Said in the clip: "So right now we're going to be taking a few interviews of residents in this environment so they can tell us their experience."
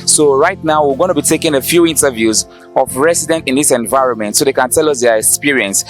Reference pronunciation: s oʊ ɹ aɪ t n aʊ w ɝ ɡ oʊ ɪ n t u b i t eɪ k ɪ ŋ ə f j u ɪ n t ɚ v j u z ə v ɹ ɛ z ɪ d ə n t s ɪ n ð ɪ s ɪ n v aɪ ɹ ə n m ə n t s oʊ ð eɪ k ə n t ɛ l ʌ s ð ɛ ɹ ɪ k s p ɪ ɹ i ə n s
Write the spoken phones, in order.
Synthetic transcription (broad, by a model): s oʊ ɹ aɪ t n aʊ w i ɡ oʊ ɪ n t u b i t eɪ k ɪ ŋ ə f j u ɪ n t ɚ v j u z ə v ɹ ɛ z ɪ d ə n t ɪ n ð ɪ s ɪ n v aɪ ɹ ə n m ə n t s oʊ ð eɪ k ə n t ɛ l ʌ s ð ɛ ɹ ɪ k s p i ɹ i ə n s